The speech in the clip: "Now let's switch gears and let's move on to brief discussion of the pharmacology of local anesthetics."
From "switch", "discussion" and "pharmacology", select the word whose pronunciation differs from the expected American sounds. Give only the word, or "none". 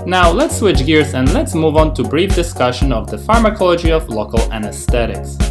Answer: none